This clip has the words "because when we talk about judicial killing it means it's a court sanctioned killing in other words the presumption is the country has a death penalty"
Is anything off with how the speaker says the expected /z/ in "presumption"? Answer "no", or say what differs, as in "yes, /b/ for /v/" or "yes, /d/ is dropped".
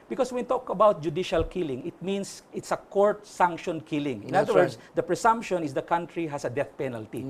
yes, /s/ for /z/